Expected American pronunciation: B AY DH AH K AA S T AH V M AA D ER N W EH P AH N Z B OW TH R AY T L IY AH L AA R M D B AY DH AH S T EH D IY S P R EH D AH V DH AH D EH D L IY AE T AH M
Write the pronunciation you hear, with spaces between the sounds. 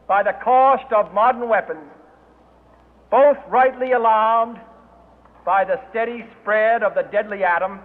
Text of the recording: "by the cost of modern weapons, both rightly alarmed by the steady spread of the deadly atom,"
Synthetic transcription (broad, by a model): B AY DH AH K AA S T AH V M AA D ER N W EH P AH N Z B OW TH R AY T L IY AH L AA R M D B AY DH AH S T EH D IY S P R EH D AH V DH AH D EH D L IY AE T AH M